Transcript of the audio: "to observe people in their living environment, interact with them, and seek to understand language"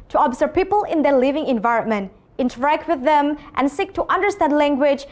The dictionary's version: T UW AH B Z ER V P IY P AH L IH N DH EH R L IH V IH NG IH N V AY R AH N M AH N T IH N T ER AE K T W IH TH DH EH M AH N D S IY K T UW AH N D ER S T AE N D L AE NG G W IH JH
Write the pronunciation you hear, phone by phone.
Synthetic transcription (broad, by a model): T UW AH B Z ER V P IY P AH L IH N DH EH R L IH V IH NG IH N V AY R AH N M AH N T IH N T ER AE K T W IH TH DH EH M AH N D S IY K T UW AH N D ER S T AE N D L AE NG G W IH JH